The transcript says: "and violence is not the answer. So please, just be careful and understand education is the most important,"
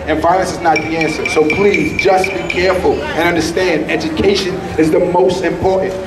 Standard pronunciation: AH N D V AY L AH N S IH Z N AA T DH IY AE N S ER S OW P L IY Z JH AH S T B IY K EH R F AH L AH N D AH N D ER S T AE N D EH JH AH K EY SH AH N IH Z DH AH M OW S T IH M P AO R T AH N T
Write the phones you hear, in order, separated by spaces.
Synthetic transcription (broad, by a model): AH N V AY L AH N S IH Z N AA T DH IY AE N S ER S OW P L IY Z JH AH S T B IY K EH R F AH L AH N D AH N D ER S T AE N D EH JH AH K EY SH AH N IH Z DH AH M OW S T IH M P AO R T N T